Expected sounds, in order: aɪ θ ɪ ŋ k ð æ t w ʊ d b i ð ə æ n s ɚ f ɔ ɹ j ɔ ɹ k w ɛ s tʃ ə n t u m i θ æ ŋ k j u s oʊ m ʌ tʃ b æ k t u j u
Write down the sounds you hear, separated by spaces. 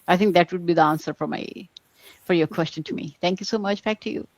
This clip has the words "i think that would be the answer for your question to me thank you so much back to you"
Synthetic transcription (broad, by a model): aɪ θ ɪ ŋ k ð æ t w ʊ d b i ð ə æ n s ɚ f ɔ ɹ j ɔ ɹ k w ɛ s tʃ ə n t u m i t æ ŋ k j u s oʊ m ʌ tʃ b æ k t u j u